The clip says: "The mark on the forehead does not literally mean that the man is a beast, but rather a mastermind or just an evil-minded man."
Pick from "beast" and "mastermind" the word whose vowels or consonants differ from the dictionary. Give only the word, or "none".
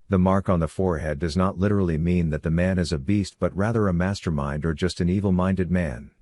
none